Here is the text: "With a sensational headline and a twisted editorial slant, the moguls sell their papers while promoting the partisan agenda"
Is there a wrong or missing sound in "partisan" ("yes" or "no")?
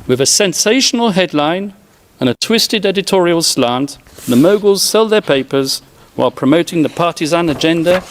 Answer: no